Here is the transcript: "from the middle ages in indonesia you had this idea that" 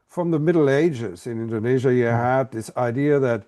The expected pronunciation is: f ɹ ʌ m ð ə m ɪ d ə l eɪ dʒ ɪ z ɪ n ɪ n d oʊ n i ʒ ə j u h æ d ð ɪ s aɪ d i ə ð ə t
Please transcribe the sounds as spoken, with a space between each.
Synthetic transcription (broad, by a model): f ɹ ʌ m ð ə m ɪ d l eɪ dʒ ɪ z ɪ n ɪ n d oʊ n i ʒ ə j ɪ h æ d ð ɪ s aɪ d i ə ð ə t